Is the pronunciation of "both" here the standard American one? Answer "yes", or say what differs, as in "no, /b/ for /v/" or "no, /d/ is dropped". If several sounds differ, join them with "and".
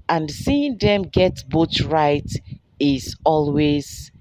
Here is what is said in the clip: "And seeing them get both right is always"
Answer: no, /t/ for /θ/